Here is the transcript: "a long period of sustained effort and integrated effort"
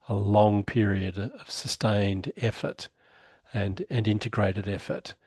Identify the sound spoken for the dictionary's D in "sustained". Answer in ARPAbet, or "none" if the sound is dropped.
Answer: D